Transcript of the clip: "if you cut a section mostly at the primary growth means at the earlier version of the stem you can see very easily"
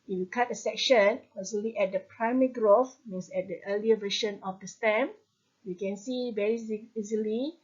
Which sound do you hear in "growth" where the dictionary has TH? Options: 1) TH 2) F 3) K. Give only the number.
2